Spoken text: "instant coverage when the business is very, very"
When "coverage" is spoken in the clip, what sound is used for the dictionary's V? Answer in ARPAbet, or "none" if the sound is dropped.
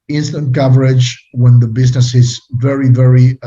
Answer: V